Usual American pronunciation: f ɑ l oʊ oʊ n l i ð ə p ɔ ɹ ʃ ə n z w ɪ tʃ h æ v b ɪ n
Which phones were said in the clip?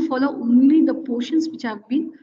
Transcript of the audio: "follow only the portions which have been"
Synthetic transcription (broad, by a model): f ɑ l oʊ oʊ n l i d ə p ɔ ʃ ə n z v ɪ tʃ h æ v b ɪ n